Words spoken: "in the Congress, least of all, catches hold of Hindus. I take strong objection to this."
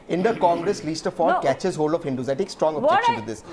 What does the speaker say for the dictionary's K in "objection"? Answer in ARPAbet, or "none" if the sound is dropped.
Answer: none